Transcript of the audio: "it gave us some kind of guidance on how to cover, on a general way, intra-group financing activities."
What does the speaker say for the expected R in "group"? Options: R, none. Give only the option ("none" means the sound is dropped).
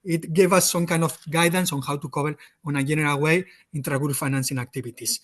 none